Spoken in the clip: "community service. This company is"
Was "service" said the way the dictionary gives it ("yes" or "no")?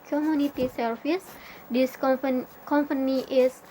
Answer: no